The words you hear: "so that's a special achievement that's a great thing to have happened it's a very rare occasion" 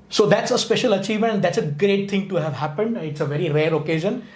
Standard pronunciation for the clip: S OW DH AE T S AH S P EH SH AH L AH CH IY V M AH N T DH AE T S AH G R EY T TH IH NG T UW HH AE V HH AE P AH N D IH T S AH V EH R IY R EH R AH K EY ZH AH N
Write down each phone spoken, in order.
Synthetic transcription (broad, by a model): S OW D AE T S AH S P EH SH AH L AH CH IY V M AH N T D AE T S AH G R EY T T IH NG T UW HH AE V HH AE P AH N D IH T S AH V EH R IY R EH R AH K EY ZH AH N